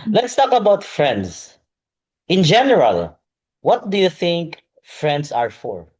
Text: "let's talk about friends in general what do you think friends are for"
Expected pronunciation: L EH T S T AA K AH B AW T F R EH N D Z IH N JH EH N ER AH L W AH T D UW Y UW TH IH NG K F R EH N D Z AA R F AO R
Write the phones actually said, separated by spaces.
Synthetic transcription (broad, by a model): L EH T S T AA K AH B AW T F R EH N D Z IH N JH EH N ER AH L W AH T D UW Y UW TH IH NG K F R EH N D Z AA R F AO R